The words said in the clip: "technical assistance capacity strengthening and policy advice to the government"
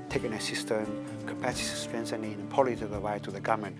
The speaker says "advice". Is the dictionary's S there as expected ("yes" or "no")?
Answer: no